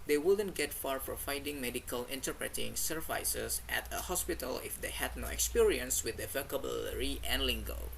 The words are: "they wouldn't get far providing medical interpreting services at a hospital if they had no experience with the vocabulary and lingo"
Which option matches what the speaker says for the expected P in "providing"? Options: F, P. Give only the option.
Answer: F